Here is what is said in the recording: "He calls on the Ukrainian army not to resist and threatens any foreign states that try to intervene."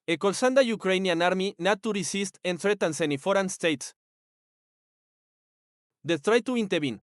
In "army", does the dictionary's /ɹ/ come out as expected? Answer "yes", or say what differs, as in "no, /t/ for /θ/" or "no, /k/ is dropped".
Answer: yes